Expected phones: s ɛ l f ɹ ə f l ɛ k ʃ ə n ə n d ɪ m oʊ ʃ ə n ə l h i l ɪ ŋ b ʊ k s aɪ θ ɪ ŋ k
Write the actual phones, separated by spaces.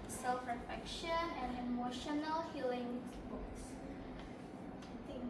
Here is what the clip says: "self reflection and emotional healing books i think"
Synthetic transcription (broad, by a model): s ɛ l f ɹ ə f ɛ k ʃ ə n ə n d ɪ m oʊ ʃ ə n ə l h i l ɪ ŋ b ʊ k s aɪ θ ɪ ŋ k